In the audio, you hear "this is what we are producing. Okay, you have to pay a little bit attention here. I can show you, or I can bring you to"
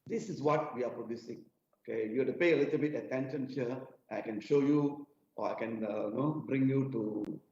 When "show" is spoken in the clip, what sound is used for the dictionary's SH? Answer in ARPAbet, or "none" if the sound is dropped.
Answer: SH